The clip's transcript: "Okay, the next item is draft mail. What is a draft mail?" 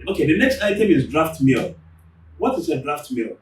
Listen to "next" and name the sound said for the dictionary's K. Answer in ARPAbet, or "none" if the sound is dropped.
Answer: K